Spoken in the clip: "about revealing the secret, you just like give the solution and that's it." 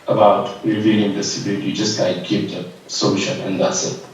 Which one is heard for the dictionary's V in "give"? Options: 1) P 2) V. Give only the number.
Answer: 1